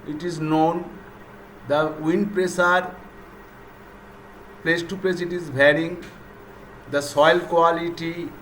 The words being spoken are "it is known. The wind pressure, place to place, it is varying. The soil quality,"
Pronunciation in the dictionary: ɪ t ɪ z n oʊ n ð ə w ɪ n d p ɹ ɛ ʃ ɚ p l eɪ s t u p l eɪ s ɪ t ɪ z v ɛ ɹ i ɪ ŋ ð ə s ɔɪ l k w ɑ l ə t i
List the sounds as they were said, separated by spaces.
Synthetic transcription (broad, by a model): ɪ t ɪ z n oʊ n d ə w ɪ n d p ɹ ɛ s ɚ p l eɪ s t u p l eɪ s ɪ t ɪ z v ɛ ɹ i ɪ ŋ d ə s ɔɪ l k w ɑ l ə t i